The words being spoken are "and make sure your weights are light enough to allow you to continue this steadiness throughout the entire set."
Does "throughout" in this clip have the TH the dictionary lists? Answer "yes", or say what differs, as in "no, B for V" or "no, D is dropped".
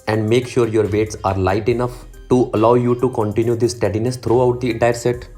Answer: no, T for TH